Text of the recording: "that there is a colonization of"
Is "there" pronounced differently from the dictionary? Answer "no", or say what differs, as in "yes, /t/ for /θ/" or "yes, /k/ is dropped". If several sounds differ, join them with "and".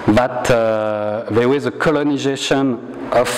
yes, /w/ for /ɹ/